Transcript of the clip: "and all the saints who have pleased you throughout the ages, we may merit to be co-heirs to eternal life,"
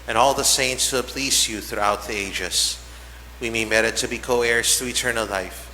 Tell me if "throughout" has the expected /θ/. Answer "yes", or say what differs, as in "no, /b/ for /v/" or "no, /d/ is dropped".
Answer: yes